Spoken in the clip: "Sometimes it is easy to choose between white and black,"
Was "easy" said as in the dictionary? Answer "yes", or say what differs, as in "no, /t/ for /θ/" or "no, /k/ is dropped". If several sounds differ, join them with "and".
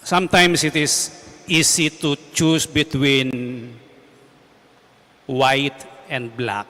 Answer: no, /s/ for /z/